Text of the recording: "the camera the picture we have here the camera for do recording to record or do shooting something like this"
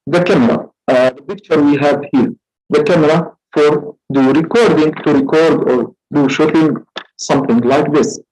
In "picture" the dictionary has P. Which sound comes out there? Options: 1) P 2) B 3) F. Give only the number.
2